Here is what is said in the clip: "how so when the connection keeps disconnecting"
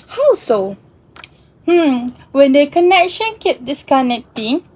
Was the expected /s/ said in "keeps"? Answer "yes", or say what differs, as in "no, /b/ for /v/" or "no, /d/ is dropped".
no, /s/ is dropped